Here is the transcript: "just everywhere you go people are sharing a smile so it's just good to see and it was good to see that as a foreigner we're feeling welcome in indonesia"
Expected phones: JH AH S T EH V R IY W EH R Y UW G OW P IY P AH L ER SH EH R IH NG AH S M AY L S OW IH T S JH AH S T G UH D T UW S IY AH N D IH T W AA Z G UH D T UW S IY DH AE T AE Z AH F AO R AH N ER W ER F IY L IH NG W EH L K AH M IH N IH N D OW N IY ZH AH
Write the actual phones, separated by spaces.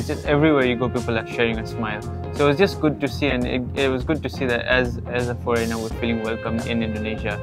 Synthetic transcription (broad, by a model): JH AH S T EH V R IY W EH R Y UW G OW P IY P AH L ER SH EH R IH NG AH S M AY L S OW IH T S JH AH S T G UH D T UW S IY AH N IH IH T W AA Z G UH D T UW S IY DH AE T AE Z AH F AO R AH N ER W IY F IY L IH NG W EH L K AH M IH N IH N D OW N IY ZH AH